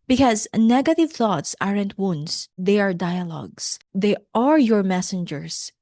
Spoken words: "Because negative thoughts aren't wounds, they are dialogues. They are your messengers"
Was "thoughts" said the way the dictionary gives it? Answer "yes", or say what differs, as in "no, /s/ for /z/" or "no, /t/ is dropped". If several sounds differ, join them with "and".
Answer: yes